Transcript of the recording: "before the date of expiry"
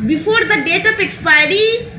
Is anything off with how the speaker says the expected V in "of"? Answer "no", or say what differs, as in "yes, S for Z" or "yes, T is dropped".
yes, P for V